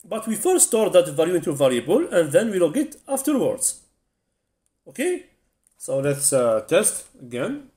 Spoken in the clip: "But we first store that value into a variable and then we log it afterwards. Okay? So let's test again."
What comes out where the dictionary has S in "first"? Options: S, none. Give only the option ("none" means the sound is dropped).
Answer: none